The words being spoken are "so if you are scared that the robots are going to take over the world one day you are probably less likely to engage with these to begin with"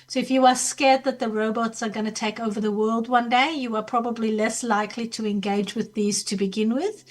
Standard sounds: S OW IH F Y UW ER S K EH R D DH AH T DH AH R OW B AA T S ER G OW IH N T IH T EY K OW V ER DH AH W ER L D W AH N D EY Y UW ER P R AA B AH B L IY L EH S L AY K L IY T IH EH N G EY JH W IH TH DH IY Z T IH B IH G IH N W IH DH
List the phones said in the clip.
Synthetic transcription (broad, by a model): S OW IH F Y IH ER S K EH R D DH AH T DH AH R OW B AA T S ER G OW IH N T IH T EY K OW V ER DH AH W ER L D W AH N D EY Y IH ER P R AA B AH B L IY L EH S L AY K L IY T IH EH N G EY JH W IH DH IY Z T IH B IH G IH N W IH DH